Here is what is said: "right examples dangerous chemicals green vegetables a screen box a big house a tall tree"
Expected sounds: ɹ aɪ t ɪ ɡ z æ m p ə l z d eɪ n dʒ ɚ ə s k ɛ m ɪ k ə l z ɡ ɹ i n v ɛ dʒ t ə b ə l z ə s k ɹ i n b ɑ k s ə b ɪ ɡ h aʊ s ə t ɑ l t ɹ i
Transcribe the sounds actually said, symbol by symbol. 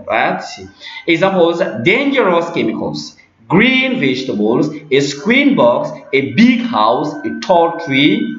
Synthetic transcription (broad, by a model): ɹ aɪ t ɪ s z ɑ p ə z d eɪ n dʒ ɚ ə s k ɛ m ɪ k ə l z ɡ ɹ i n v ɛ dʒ t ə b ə l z ə s k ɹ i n b ɑ k s ə b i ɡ h aʊ s ə t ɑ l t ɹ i